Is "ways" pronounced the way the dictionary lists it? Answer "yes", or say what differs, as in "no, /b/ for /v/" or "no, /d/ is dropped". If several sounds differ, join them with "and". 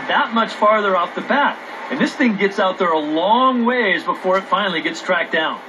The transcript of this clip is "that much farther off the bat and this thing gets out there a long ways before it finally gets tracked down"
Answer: yes